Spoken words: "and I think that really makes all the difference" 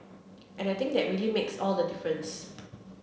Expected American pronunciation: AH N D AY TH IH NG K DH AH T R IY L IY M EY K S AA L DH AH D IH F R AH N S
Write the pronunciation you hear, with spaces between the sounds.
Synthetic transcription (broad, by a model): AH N AY T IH NG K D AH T R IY L IY M EY K S AA L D AH D IH F R AH N S